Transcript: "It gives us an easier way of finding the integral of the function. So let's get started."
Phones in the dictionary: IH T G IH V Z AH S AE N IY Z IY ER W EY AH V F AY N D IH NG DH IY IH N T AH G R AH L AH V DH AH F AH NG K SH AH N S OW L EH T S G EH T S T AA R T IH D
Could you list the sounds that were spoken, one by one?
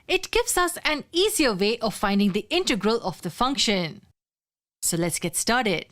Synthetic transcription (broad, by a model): IH T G IH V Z AH S AE N IY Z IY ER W EY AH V F AY N D IH NG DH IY IH N T AH G R AH L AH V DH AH F AH NG K SH AH N S OW L EH T S G EH T S T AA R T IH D